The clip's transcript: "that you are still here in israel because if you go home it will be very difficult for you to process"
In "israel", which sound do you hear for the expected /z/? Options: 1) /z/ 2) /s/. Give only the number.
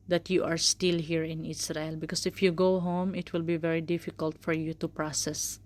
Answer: 2